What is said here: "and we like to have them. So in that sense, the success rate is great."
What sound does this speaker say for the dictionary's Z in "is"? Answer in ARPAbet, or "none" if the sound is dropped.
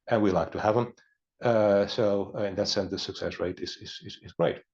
Z